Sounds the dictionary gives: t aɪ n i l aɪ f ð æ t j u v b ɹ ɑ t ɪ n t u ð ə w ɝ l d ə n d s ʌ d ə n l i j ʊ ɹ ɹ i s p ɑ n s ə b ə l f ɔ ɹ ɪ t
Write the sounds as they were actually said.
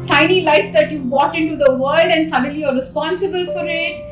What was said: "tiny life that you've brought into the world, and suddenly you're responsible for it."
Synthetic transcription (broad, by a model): t aɪ n i l aɪ f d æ t j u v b ɑ t ɪ n t u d ə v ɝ l d ə n d s ʌ d ə n l i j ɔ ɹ ɹ i s p ɑ n s ə b ə l f ɔ ɹ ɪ t